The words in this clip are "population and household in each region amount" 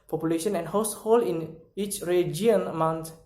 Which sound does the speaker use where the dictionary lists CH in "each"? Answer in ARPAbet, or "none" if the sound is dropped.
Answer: CH